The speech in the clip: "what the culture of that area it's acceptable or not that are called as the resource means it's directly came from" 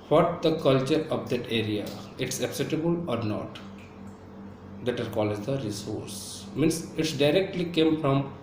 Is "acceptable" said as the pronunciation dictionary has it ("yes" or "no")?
no